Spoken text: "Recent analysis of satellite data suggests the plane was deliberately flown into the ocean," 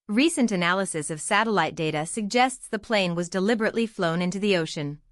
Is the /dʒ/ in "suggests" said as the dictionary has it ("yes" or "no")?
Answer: yes